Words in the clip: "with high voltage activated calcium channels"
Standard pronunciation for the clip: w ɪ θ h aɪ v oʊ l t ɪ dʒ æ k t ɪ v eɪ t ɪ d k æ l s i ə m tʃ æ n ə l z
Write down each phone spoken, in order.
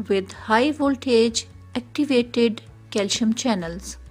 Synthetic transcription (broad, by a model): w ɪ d h aɪ v oʊ l t ɪ dʒ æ k t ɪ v eɪ t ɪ d k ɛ l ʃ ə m tʃ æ n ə l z